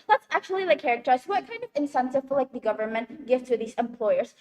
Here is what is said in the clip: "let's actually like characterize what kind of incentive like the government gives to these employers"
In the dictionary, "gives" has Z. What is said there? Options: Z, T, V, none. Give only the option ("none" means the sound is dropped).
none